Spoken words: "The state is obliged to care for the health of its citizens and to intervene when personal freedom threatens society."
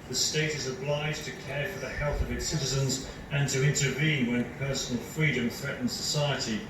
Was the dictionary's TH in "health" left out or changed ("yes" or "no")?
no